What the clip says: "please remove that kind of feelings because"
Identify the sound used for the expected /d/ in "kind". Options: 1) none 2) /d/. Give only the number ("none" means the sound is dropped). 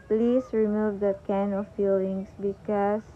1